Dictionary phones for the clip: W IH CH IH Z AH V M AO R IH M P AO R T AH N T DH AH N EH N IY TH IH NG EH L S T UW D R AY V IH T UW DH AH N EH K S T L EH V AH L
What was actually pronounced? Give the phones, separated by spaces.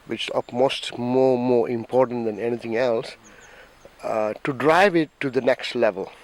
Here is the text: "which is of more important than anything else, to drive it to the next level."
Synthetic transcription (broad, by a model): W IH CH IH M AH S M AO R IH M P AO R T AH N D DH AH N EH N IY T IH NG EH L S T UW D R AY V IH T UW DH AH N EH K S T L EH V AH L